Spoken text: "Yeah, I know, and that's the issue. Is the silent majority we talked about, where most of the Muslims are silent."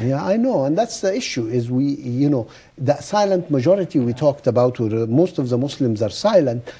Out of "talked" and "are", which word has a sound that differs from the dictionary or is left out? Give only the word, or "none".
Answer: none